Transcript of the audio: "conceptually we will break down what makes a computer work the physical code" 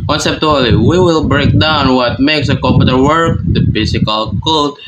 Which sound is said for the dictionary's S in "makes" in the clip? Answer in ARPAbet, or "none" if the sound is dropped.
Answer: S